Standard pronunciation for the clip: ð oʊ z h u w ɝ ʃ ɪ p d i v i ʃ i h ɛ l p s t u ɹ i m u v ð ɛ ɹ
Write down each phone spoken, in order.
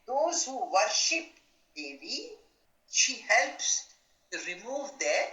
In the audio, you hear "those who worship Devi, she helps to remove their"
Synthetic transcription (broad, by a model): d oʊ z h u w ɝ ʃ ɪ p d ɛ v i ʃ i h ɛ l p s t u ɹ i m u v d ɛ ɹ